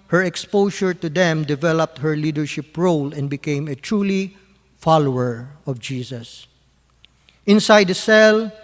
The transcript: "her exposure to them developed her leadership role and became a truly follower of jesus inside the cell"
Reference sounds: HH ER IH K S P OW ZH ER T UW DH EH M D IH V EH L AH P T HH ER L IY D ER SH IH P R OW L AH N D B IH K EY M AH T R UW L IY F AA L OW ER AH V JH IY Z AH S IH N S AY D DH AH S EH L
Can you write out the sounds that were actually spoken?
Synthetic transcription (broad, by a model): HH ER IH K S P OW SH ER T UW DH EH M D IH V EH L AH P T HH ER L IY D ER SH IH P R OW L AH N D B IH K EY M AH T R UW L IY F AA L OW ER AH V JH IY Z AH S IH N S AY D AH S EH L